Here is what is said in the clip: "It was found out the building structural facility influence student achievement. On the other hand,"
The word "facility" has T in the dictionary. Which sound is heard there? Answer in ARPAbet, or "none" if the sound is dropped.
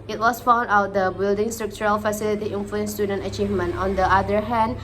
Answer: T